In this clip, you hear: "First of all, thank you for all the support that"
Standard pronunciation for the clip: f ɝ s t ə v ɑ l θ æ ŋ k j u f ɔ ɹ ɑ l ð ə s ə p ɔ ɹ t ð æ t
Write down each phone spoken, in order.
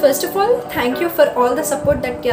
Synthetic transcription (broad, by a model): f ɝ s t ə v ɑ l t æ ŋ k j u f ɔ ɹ ɑ l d ə s ə p ɔ ɹ t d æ t